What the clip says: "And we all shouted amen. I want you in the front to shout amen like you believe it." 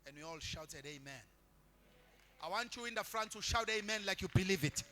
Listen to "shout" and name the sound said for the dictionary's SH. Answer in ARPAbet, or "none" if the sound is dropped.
SH